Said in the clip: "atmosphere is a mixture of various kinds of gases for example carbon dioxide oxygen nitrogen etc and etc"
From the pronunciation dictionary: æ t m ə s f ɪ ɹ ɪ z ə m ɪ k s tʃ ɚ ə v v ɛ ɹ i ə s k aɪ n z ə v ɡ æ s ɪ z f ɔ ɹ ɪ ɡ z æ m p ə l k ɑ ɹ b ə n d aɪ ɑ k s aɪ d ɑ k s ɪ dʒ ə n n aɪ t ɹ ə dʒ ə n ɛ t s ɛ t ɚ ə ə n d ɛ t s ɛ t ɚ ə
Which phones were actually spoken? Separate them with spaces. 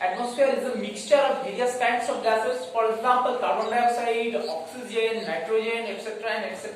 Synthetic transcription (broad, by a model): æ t m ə s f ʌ ɹ ɪ z ə m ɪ k s tʃ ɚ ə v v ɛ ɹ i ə s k aɪ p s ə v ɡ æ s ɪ s f ɔ ɹ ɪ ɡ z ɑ m p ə l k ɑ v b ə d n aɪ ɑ s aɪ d ɑ k s ɪ dʒ ə n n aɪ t ɹ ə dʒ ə n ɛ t s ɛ t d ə ə n d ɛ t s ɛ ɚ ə